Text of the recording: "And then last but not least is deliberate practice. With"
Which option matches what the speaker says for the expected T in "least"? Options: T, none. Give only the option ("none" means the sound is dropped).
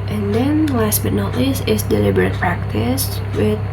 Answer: none